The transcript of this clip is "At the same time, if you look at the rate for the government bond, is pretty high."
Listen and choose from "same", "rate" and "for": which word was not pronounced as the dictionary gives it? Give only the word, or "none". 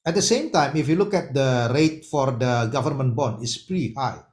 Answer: none